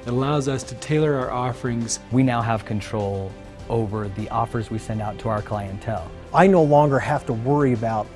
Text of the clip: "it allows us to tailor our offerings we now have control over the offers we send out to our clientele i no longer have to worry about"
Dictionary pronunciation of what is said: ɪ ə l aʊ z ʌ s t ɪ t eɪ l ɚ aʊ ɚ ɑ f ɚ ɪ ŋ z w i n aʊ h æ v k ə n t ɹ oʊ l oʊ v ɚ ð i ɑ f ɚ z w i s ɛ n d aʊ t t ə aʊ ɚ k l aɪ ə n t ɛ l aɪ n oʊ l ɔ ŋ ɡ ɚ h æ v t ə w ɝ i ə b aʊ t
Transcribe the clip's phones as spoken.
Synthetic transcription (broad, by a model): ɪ ə l aʊ z ʌ s t ɪ t eɪ l ɚ aʊ ɚ ɑ f ɚ ɪ ŋ z w i n aʊ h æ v k ə n t ɹ oʊ l oʊ v ɚ ð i ɑ f ɚ z w i s ɛ n d aʊ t t ə aʊ ɚ k l aɪ ə n t ɛ l aɪ n oʊ l ɔ ŋ ɡ ɚ h æ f t ə w ɝ i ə b aʊ t